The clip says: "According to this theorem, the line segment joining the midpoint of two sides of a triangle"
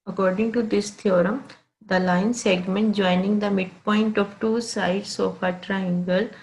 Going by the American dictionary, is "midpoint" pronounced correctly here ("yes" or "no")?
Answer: yes